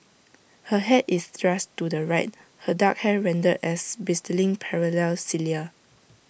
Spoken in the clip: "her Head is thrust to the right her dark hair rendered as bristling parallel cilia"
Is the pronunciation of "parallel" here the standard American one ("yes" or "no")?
yes